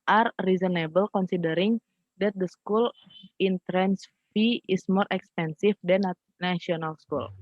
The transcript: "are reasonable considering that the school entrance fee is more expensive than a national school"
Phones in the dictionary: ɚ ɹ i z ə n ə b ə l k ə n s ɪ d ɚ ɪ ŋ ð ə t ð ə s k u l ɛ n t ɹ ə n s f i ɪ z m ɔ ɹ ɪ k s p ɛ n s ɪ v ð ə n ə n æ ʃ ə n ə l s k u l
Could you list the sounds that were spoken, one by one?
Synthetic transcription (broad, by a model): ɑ ɹ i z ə n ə b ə l k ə n s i d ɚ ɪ ŋ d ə t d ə s k u l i n t ɹ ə n s f i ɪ s m ɔ ɹ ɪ k s p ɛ n s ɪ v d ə n ə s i ə n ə l s k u l